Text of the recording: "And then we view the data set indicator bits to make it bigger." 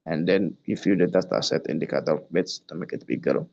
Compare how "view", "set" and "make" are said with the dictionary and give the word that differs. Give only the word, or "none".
view